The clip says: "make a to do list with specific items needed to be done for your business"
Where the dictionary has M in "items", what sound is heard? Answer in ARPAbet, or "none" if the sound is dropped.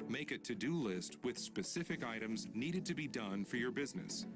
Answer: M